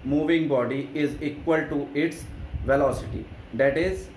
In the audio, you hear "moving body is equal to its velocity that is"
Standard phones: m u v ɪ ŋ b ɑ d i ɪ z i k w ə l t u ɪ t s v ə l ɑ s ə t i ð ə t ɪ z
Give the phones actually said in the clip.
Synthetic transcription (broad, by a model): m u v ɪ ŋ b ɑ d i ɪ z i k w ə l t u ɪ t s v ə l ɑ s ə t i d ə t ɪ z